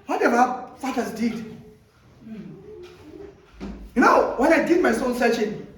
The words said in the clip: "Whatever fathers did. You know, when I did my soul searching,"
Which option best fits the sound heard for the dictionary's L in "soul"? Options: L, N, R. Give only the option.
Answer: N